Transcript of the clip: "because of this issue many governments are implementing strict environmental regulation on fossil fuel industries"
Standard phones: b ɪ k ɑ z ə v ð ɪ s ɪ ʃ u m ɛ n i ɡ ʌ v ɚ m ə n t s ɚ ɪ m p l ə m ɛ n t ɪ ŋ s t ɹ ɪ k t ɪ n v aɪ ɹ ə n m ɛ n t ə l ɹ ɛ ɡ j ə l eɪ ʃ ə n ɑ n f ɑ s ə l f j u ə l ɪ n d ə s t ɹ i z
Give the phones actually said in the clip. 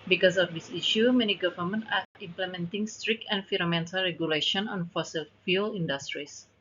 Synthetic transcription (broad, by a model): b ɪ k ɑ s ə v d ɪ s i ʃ u m ɛ n i ɡ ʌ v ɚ m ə n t ɑ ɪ m p l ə m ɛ n t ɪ ŋ s t ɹ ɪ k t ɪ n f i ɹ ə m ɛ n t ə l ɹ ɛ ɡ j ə l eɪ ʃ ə n ɑ n f ɑ s ə l f j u l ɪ n d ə s t ɹ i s